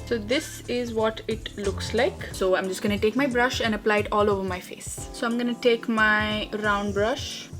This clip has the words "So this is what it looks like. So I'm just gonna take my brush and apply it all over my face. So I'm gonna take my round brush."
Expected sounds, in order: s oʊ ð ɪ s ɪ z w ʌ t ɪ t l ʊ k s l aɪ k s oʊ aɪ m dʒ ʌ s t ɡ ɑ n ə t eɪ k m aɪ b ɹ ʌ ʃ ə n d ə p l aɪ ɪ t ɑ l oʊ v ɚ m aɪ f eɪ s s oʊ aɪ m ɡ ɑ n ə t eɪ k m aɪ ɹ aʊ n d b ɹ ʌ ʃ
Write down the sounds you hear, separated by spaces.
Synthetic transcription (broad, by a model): s oʊ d ɪ s ɪ z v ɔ t ɪ t l ʊ k s l aɪ k s oʊ aɪ m dʒ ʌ s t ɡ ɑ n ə t eɪ k m aɪ b ɹ ʌ ʃ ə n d ə p l aɪ ɪ t ɑ l oʊ v ɚ m aɪ f eɪ s s oʊ aɪ m ɡ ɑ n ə t eɪ k m aɪ ɹ aʊ n d b ɹ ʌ ʃ